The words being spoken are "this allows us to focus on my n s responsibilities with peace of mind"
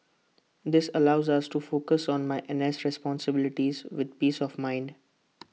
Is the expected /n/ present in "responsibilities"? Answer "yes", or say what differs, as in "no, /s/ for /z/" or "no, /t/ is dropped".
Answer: yes